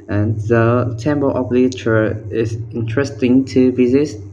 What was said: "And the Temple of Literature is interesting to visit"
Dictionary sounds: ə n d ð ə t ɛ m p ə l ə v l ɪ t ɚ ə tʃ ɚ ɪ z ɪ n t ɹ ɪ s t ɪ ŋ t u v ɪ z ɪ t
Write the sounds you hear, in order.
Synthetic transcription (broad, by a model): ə n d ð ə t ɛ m b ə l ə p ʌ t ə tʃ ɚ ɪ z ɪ n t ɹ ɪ s t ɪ ŋ t u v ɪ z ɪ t